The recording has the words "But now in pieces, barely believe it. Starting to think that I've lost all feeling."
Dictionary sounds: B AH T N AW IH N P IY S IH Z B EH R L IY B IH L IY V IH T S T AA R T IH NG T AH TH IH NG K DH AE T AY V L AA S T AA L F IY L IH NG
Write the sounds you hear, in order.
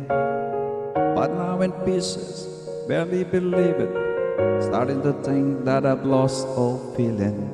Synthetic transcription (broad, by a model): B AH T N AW IH N P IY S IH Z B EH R L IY B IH L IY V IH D S T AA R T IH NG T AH T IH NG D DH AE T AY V L AA S T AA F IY L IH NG